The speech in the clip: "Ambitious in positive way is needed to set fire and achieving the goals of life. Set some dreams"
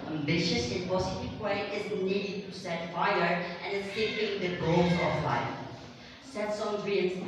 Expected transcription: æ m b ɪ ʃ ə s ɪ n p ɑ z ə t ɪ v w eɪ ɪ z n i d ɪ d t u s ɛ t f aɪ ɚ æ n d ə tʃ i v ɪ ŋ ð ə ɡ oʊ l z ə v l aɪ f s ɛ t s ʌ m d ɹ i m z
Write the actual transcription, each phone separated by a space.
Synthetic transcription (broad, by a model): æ m b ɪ ʃ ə s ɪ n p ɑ s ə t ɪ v w eɪ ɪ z n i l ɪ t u s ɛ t f aɪ ɚ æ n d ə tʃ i p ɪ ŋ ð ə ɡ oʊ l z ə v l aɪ s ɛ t s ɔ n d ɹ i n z